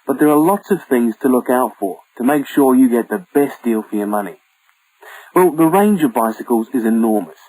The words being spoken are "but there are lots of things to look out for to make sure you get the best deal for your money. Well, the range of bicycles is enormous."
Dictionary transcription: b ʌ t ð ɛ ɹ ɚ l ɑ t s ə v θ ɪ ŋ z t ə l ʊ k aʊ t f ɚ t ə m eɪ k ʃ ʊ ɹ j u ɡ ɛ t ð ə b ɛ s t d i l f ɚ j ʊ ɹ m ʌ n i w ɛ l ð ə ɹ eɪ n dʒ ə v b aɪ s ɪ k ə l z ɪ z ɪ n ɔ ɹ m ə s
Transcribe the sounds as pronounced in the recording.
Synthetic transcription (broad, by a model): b ʌ t ð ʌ ɹ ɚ l ɑ t s ə v θ ɪ ŋ z t ə l ʊ k aʊ t f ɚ t ə m eɪ k ʃ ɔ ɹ j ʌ ɡ ɛ t ð ə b ɛ s d i l f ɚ j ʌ m ʌ n i w ɛ l ð ə ɹ eɪ n dʒ ə v b aɪ s ɪ k ə l z ɪ z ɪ n ɔ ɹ m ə s